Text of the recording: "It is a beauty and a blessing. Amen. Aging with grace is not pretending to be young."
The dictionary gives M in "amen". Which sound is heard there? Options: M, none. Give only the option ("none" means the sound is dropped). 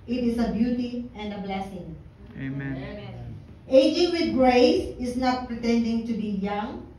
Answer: none